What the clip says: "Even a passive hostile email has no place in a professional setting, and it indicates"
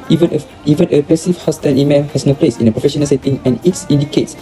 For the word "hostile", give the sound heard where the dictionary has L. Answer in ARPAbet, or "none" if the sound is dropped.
N